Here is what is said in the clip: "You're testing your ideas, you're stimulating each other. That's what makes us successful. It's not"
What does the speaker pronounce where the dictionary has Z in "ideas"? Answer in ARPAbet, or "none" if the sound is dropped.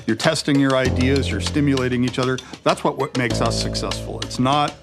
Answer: Z